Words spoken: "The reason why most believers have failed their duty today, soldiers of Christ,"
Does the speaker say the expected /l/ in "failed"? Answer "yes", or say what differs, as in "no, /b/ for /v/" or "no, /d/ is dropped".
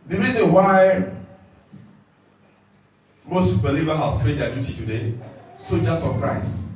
no, /n/ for /l/